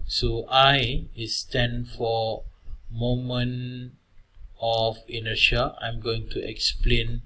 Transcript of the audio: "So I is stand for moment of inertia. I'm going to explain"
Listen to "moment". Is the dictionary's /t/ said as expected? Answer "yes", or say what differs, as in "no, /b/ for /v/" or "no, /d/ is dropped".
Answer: no, /t/ is dropped